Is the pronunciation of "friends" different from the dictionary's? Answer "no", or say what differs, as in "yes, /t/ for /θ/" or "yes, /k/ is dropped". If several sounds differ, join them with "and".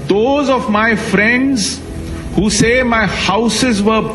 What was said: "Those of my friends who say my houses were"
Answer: no